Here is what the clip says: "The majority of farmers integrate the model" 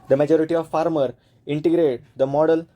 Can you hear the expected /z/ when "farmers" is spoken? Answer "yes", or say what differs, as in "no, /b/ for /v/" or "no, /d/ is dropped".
no, /z/ is dropped